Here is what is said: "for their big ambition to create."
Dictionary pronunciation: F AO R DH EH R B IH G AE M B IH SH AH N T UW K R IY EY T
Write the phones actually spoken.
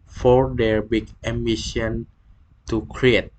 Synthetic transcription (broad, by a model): F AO R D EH R B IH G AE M IH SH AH N T UW K R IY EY T